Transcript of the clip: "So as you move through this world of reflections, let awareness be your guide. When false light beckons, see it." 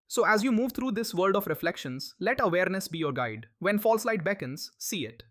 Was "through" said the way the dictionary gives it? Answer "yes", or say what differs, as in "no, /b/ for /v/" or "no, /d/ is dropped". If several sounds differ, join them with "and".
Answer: no, /t/ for /θ/